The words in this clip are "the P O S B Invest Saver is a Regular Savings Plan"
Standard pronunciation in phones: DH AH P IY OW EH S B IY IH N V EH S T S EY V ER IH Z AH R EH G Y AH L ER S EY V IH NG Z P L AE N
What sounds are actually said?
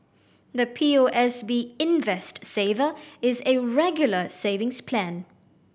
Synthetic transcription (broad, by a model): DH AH P IY OW EH S B IY IH N V EH S T S EY V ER IH Z AH R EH G Y L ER S EY V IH NG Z P L AE N